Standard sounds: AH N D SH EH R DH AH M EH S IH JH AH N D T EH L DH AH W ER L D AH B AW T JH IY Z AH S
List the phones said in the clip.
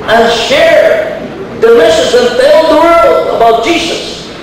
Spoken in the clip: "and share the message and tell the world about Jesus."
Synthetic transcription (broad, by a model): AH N SH EH R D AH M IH SH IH Z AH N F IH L DH AH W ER L AH B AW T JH IY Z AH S